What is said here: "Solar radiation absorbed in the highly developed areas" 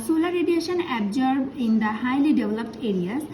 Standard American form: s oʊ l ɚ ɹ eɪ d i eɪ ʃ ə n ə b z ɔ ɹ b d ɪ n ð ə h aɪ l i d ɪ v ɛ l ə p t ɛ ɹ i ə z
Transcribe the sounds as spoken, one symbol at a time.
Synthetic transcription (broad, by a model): s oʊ l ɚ ɹ eɪ d i eɪ ʃ ə n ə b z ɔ ɹ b ɪ n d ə h aɪ l i d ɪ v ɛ l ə p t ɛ ɹ i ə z